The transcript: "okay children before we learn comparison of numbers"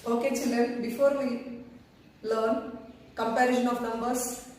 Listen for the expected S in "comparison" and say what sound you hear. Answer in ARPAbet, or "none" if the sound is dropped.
SH